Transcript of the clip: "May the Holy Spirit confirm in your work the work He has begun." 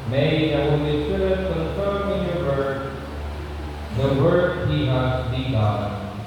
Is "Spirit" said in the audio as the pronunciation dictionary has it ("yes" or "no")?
no